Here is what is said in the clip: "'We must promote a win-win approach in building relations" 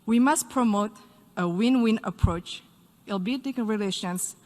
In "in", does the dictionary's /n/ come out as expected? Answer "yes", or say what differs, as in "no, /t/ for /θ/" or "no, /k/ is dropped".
no, /l/ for /n/